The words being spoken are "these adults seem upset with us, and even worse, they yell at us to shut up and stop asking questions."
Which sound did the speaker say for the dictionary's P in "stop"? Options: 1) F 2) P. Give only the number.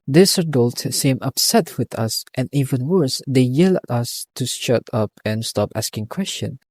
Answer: 2